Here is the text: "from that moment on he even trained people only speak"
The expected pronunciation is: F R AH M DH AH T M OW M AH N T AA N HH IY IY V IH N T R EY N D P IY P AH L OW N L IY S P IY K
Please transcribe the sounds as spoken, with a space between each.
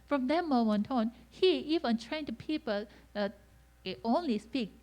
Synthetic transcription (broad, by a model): F R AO M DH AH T M OW M AH N T AA N HH IY IY V IH N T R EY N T P IY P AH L OW N L IY S P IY K